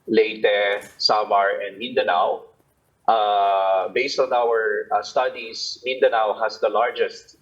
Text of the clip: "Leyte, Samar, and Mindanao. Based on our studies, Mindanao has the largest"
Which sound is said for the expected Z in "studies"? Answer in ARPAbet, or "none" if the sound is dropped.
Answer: S